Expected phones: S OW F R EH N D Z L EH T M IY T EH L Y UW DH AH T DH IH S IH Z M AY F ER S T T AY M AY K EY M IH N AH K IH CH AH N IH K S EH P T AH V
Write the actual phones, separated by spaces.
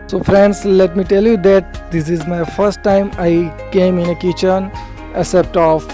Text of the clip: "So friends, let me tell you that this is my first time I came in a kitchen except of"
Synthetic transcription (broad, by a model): S OW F R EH N D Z L EH T M IY T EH L Y UW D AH T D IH S IH Z M AY F ER S T T AY M AY K EY M IH N AH K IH CH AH N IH S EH P T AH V